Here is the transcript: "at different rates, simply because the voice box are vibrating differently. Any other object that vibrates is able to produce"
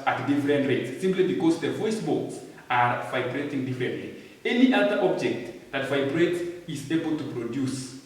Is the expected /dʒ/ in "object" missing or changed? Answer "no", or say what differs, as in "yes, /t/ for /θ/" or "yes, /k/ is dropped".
no